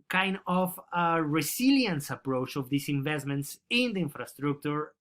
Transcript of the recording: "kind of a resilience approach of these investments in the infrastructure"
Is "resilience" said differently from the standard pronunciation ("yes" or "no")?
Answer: yes